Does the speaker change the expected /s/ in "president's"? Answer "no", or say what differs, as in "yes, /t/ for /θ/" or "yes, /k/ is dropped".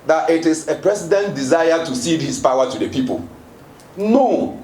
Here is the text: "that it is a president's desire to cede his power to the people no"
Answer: yes, /s/ is dropped